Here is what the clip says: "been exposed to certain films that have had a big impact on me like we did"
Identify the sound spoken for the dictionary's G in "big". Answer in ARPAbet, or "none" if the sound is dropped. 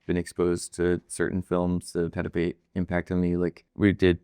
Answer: none